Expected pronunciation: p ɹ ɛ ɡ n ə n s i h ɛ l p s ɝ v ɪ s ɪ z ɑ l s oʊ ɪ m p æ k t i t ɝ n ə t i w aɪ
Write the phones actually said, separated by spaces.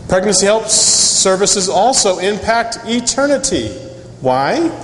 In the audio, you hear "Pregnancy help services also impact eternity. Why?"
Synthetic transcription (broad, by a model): p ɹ ɛ ɡ n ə n s i h ɛ l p s ɝ v ɪ s ɪ z ɑ l s oʊ ɪ m p æ k t i t ɝ n ə t i w aɪ